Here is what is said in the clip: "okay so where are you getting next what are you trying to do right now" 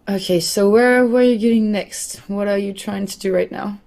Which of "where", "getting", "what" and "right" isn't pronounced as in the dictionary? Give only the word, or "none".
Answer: where